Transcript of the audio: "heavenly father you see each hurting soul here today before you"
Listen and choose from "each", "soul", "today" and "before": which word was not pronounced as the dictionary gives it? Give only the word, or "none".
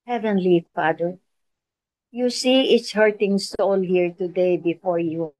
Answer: each